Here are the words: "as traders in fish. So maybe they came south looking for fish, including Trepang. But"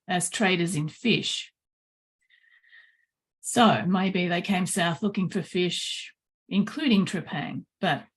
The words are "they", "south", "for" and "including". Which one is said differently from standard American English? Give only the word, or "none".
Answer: none